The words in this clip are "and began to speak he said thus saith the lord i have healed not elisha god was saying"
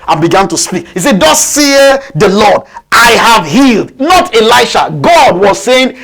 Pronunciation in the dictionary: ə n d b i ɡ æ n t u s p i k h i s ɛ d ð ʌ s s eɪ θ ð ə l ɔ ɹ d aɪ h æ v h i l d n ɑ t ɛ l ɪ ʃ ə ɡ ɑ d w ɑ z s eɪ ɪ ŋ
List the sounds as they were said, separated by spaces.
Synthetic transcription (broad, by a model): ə n b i ɡ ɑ n t u s p i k h i s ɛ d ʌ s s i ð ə l ɔ d aɪ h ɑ v h i l d n ɑ t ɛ l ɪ ʃ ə ɡ ɑ d w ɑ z s eɪ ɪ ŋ